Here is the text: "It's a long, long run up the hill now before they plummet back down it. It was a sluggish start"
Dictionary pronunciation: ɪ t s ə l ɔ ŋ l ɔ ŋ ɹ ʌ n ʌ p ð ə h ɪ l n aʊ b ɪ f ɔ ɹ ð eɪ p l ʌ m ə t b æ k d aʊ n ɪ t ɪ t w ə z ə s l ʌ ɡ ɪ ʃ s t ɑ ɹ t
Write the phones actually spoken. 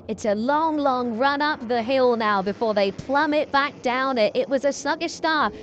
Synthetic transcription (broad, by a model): ɪ t s ə l ɔ ŋ l ɔ ŋ ɹ ʌ n ʌ p ð ə h ɪ l n aʊ b ɪ f ɔ ɹ ð eɪ p l ʌ m ə t b æ k d aʊ n ɪ t ɪ t w ə z ə s ʌ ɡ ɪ s t ɑ ɹ